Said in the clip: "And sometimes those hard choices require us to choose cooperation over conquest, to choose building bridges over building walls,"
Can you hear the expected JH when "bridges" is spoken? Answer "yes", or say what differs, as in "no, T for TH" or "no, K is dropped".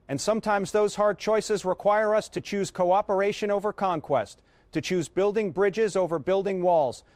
yes